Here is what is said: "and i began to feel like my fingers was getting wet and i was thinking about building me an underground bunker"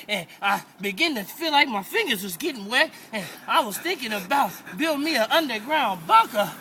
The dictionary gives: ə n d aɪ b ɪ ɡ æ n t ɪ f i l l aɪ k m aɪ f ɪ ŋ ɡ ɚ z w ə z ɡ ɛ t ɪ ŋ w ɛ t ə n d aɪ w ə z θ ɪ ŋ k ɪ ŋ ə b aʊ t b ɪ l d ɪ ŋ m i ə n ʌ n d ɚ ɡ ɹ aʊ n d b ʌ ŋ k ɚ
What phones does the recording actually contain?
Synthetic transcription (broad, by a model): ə n aɪ b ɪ ɡ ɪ n t ɪ f i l l aɪ k m aɪ f ɪ ŋ ɡ ɚ z w ə z ɡ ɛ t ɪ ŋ w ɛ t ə n aɪ w ə z θ ɪ ŋ k ɪ ŋ ə b aʊ t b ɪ l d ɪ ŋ m i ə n ʌ n d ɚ ɡ ɹ aʊ n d b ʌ k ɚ